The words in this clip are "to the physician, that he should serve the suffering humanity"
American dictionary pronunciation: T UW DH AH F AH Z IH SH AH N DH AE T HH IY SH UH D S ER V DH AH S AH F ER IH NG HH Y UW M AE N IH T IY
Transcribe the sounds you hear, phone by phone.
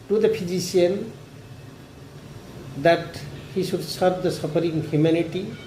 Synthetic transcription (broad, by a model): T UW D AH P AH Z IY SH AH N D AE T HH IY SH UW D S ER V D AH S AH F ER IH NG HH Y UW M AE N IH T IY